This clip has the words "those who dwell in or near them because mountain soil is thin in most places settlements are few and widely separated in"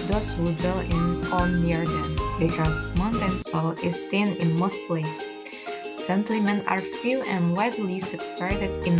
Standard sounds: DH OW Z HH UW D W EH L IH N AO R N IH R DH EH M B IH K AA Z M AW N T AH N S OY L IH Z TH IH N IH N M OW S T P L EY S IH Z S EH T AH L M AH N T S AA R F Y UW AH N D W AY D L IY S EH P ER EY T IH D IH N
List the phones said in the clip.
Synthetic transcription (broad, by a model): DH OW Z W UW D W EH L IH N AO L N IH R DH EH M B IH K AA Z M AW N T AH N S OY L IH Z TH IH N IH N M OW S T P L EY IH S S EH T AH M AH N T AA R F Y UW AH N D W AY D L IY S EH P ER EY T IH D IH N